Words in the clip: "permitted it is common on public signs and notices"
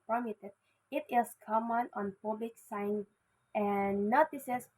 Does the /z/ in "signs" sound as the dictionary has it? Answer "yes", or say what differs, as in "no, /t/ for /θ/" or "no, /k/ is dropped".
no, /z/ is dropped